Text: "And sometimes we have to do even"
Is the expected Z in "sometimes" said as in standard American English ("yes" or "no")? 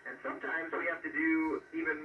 yes